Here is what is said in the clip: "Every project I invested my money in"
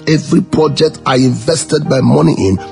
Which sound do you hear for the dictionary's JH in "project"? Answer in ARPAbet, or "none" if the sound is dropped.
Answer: JH